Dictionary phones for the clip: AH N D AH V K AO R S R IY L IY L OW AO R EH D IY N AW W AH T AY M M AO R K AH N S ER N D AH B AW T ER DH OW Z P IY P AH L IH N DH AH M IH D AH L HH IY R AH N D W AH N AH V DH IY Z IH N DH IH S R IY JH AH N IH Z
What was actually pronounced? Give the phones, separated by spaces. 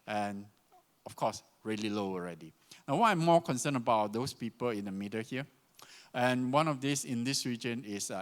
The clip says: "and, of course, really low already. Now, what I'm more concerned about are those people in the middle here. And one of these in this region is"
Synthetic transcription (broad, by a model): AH N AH F K AO S R IY L IY L OW AO R EH D IY N AW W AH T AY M M AO K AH N S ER N AH B AW T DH OW S P IY P AH L IH N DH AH M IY D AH HH IY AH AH N W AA N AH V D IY S IH N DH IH S R IY JH AH N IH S